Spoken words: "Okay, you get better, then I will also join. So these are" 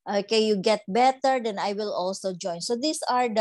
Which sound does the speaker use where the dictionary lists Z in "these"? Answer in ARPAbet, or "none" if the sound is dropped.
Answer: S